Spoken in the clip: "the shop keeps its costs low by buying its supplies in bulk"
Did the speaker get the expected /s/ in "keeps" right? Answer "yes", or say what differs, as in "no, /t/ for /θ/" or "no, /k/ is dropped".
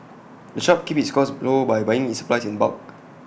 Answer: no, /s/ is dropped